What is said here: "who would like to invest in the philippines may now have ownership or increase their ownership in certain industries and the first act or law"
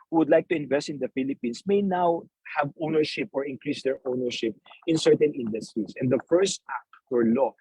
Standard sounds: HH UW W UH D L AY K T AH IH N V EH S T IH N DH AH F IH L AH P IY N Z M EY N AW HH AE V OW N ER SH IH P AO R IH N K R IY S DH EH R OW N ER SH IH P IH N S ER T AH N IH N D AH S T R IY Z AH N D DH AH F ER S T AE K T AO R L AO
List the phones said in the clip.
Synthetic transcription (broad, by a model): HH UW W UH D L AY K T AH IH N V EH S T IH N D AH F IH L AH P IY N S M EY N AW HH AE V OW N ER SH IH P AO R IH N K R IY S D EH R OW N ER SH IH P IH N S ER T AH N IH N D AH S T R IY S AH N D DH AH F ER S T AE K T AO R L AO